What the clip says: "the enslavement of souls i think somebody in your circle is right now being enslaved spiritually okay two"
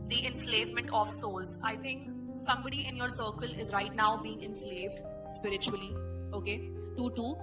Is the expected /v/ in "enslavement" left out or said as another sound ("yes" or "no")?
no